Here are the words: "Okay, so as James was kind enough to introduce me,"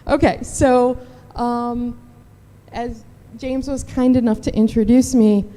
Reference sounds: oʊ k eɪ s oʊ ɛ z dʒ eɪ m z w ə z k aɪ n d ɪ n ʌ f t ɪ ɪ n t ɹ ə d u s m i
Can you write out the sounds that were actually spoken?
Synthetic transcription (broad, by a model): oʊ k eɪ s oʊ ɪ z dʒ eɪ m z w ə z k aɪ n d ɪ n ʌ f t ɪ ɪ n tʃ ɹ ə d u s m i